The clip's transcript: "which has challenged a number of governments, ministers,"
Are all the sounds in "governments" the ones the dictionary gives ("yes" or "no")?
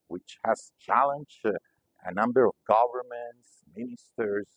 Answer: yes